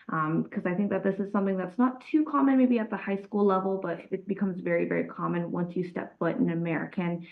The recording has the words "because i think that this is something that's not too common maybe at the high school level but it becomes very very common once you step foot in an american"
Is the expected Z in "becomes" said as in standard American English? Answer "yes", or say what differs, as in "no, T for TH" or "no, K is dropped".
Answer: yes